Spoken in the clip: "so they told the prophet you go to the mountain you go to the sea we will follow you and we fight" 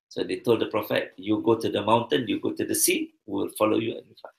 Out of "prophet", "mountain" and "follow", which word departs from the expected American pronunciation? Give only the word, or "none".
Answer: none